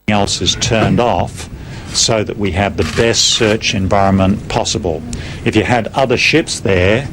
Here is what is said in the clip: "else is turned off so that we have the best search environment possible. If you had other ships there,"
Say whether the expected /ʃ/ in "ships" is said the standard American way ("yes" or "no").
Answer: yes